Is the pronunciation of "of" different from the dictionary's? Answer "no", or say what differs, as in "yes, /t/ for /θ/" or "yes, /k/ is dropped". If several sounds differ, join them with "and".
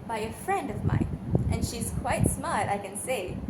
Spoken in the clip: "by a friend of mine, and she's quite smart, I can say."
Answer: no